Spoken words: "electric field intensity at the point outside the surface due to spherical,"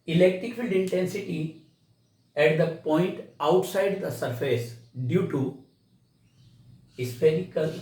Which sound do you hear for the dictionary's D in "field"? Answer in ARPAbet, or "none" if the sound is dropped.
D